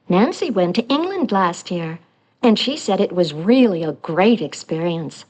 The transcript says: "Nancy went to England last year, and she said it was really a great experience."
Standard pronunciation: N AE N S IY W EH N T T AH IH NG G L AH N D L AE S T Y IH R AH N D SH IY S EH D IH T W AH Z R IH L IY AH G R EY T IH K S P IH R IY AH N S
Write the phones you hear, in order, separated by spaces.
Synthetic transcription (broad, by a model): N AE N S IY W EH N T T IH NG G L AH N D L AE S T Y IH R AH N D SH IY S EH D IH T W AH Z R IH L IY AH G R EY T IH K S P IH R IY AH N S